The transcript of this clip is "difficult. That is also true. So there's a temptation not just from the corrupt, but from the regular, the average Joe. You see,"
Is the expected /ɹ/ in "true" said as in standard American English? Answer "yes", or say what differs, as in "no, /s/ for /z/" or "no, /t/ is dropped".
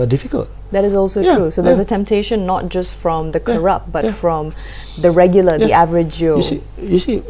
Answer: yes